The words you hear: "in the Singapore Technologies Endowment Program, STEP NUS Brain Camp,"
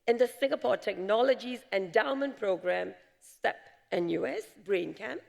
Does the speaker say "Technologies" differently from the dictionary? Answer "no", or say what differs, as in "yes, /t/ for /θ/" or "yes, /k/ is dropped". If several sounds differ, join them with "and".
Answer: no